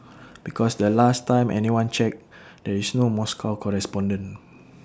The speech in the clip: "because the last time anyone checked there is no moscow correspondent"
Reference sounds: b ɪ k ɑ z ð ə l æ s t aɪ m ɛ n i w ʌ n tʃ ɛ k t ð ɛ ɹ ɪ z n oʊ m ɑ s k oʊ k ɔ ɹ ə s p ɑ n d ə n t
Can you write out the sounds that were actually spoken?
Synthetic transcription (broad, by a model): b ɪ k ɑ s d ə l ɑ s t aɪ m ɛ n i w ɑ n tʃ ɛ k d ɛ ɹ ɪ s n oʊ m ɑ s k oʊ k ɔ ɹ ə s p ɑ n d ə n